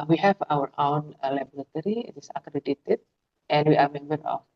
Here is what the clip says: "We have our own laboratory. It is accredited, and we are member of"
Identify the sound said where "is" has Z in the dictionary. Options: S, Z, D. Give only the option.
S